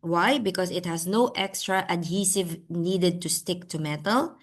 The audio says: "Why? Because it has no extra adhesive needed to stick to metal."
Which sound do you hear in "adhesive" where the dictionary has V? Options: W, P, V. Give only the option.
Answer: V